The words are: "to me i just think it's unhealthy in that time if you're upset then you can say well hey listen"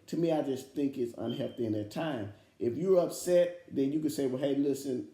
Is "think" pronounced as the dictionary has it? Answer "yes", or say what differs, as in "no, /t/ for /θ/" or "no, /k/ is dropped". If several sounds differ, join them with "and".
yes